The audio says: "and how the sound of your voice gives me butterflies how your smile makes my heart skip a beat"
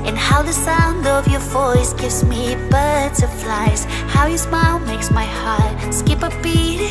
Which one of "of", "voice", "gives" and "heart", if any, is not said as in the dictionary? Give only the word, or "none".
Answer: none